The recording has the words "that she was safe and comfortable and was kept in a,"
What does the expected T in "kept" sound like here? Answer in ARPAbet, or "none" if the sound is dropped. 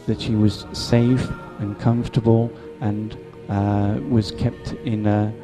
T